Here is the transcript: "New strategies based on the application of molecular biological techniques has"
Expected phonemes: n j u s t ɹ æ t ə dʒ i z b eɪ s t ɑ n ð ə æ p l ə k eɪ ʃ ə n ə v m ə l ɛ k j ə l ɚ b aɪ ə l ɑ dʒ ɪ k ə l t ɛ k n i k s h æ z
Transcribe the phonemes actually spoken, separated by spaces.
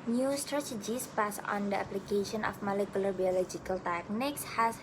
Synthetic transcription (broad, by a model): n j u s t ɹ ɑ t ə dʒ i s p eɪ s ɑ n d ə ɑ p l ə k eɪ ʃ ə n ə f m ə l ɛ k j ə l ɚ b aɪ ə l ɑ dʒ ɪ k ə l t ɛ k n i k s h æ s